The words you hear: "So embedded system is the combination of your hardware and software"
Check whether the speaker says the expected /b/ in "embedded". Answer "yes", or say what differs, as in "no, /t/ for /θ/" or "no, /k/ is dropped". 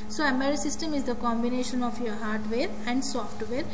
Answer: no, /b/ is dropped